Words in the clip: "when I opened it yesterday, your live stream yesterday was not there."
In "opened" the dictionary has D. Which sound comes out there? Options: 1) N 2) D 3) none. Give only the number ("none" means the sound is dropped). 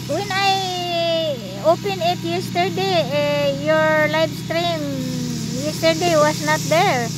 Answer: 3